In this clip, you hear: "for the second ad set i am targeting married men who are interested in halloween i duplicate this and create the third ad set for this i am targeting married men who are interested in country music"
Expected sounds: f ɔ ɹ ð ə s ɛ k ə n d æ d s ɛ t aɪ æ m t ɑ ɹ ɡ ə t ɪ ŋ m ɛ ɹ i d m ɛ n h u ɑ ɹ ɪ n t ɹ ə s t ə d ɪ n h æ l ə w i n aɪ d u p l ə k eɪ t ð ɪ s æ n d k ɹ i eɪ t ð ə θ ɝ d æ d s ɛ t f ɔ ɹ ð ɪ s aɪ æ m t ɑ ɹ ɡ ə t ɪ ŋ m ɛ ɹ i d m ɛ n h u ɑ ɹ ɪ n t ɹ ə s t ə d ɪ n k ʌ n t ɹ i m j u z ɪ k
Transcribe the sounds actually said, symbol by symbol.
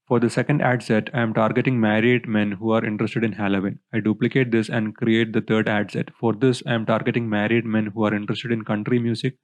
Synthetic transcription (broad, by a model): f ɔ ɹ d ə s ɛ k ə n d æ d s ɛ t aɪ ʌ m t ɑ ɹ ɡ ə t ɪ ŋ m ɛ ɹ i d m ɛ n h u ɑ ɹ ɪ n t ɹ ə s t ə d ɪ n h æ l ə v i n aɪ d u p l ə k eɪ t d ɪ s æ n d k ɹ i eɪ t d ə t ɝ d æ d s ɛ t f ɔ ɹ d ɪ s aɪ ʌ m t ɑ ɹ ɡ ə t ɪ ŋ m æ ɹ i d m ɛ n h u ɑ ɹ ɪ n t ɹ ə s t ə d ɪ n k ʌ n t ɹ i m j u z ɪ k